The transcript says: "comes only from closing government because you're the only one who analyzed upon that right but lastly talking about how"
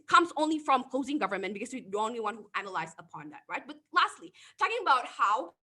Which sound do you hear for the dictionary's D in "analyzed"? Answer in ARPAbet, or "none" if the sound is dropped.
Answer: none